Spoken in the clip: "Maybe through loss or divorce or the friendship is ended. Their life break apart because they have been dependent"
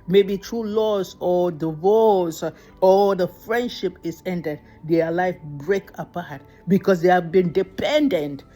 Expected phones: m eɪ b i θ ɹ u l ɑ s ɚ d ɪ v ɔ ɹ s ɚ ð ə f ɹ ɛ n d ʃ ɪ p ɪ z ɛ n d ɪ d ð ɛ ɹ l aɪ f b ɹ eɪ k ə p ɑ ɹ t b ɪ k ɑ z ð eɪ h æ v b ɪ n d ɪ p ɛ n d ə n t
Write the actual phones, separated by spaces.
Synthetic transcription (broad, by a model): m eɪ b i t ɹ u l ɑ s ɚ d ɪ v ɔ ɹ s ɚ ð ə f ɹ ɛ n d ʃ ɪ p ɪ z ɛ n d ɪ d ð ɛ l aɪ f b ɹ eɪ k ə p ɑ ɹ t b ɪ k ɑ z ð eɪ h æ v b ɪ n d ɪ p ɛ n d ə n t